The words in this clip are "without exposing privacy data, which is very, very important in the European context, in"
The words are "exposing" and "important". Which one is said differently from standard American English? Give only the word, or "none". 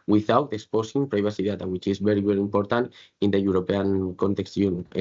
exposing